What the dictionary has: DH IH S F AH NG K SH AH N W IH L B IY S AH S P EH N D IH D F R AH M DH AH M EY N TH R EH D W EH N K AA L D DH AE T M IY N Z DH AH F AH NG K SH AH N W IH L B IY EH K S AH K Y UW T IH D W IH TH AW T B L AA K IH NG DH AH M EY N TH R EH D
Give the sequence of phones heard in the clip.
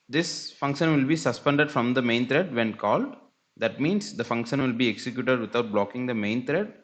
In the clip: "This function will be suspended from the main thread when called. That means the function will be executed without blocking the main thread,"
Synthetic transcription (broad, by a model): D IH S F AH NG K SH AH N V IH L B IY S AH S P EH N D IH D F R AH M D AH M EY N T R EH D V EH N K AA L D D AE T M IY N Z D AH F AH NG K SH AH N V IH L B IY EH K S AH K Y UW T IH D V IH T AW T B L AA K IH NG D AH M EY N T R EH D